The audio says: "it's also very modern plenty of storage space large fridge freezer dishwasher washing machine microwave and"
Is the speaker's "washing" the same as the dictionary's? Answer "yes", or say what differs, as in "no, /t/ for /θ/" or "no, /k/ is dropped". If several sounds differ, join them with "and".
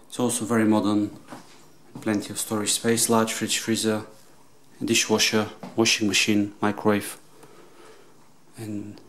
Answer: yes